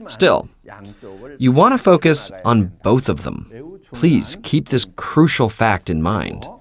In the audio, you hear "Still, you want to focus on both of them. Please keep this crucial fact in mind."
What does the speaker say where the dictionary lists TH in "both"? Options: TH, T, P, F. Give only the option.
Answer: TH